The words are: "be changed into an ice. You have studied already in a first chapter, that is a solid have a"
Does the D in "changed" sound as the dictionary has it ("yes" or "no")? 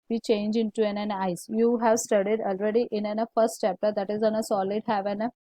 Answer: no